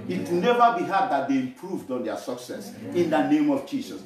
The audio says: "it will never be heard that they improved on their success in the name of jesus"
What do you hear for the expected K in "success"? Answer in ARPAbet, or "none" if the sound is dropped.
K